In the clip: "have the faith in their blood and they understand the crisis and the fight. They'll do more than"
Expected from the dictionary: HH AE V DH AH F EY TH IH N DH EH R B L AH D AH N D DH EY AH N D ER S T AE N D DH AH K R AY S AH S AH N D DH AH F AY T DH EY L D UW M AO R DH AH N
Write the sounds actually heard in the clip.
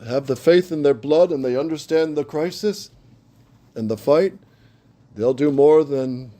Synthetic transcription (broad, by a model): HH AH V DH AH F EY TH IH N DH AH R B L AH D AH N DH EY AH N D ER S T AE N DH AH K R AY S AH S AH N DH AH F AY T DH EY L D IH M AO R DH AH N